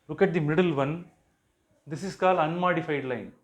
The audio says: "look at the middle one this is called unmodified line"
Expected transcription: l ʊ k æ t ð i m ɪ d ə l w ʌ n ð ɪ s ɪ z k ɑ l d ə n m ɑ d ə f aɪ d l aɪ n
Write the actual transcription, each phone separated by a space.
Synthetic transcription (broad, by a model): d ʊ k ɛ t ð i m ɪ d ə l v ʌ n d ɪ s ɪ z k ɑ l ə n m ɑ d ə f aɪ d l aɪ n